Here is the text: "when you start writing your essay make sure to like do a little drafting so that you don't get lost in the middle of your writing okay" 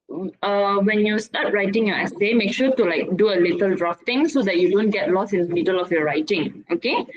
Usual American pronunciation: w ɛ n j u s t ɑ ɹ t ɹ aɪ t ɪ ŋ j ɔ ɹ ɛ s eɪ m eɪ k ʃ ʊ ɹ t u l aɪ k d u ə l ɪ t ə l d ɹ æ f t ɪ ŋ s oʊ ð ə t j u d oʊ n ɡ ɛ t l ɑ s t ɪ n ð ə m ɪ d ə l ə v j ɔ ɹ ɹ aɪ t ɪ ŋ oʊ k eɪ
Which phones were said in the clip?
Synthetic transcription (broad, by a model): w ɛ n j u s t ɑ t ɹ aɪ t ɪ ŋ j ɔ ɛ s eɪ m eɪ k ʃ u t u l aɪ k d u ə l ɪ t ə l d ɹ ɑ f t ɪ ŋ s oʊ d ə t j u d oʊ n ɡ ɛ t l ɑ s ɪ n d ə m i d ə l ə f j ɔ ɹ ɹ aɪ t ɪ ŋ oʊ k eɪ